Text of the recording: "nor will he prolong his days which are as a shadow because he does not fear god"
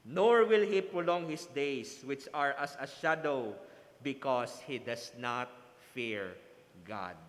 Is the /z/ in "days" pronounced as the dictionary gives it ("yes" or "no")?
no